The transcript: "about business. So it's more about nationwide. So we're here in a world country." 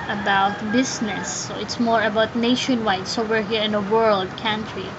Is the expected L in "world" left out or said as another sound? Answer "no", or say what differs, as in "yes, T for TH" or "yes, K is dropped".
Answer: no